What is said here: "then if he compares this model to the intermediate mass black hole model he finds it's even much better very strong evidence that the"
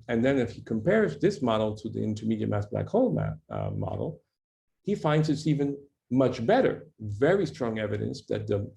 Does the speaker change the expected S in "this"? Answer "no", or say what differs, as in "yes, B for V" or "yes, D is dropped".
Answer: no